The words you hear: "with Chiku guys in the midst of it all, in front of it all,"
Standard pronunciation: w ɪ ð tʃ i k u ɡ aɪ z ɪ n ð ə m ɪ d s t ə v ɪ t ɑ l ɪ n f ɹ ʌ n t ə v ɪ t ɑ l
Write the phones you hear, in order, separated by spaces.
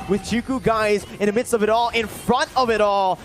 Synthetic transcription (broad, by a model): w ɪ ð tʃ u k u ɡ aɪ z ɪ n ð ə m ɪ d s t ə v ɪ t ɑ l ɪ n f ɹ ʌ n t ə v ɪ t ɑ l